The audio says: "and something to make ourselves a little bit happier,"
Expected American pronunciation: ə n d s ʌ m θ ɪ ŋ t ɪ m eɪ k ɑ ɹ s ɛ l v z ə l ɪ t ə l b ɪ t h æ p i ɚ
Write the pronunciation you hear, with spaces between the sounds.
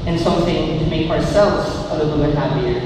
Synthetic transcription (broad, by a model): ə n s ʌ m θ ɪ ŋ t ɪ m eɪ k ɑ ɹ s ɛ l v z ə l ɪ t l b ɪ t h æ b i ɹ